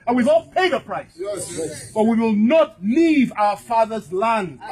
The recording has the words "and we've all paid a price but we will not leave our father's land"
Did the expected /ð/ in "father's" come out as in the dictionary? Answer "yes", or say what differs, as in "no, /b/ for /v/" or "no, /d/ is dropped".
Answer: yes